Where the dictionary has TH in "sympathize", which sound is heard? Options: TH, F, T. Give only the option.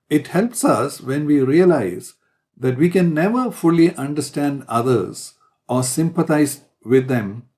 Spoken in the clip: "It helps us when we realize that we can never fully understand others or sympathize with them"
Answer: T